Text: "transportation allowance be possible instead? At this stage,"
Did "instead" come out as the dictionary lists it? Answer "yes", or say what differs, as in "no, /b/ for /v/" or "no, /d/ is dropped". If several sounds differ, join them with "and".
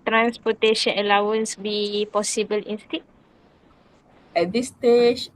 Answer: no, /d/ is dropped